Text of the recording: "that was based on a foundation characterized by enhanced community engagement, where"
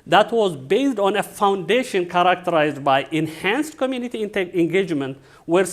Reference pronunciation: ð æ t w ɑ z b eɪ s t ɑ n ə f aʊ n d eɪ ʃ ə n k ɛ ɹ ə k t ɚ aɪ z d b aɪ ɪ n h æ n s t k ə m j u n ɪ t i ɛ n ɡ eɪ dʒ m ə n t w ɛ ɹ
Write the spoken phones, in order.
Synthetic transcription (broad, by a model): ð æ t w ɑ z b eɪ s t ɑ n ə f aʊ n d eɪ ʃ ə n k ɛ ɹ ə k t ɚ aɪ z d b aɪ ɪ n h æ n s t k ə m j u n ɪ t i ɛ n ɡ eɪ dʒ m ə n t w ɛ ɹ